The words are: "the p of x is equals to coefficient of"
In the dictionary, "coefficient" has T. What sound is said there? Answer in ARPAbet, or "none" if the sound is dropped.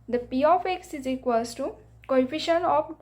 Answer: none